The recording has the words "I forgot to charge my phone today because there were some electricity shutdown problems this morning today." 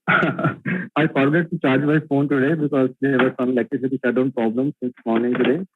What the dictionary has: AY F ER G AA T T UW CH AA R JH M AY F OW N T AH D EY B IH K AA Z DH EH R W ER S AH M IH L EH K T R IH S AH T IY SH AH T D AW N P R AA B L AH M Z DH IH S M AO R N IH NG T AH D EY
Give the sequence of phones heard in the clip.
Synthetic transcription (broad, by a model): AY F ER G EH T T UW CH AA R JH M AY F OW N T AH D EY B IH K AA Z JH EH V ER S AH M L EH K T IH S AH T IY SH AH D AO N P R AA B L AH M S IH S M AO R N IH NG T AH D EY